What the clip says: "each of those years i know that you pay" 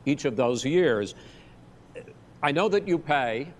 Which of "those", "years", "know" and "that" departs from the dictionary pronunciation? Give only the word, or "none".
none